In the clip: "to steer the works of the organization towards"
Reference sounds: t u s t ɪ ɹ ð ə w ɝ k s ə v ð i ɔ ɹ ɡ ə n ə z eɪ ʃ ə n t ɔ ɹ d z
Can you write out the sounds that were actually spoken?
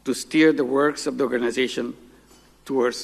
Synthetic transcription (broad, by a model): t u s t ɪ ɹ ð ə w ɝ k s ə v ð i ɔ ɹ ɡ ə n ə z eɪ ʃ ə n t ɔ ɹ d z